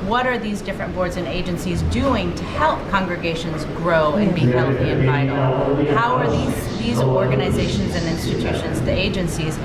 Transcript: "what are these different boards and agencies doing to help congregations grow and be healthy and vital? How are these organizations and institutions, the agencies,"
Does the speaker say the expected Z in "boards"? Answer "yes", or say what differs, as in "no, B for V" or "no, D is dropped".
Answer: yes